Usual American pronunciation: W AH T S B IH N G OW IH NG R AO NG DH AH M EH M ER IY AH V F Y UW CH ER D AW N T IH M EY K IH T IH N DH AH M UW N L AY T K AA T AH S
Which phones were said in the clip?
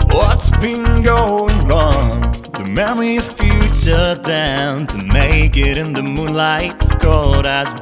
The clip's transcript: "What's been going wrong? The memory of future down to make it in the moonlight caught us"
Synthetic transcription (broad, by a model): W AH T S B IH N G OW IH NG R AO NG DH AH M EH M ER IY AH V F Y UW CH ER D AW N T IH M EY K IH T IH N DH AH M UW N L AY T K AA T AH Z